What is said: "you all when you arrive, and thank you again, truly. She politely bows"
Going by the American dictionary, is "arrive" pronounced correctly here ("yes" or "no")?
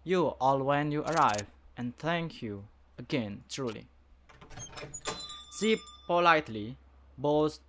yes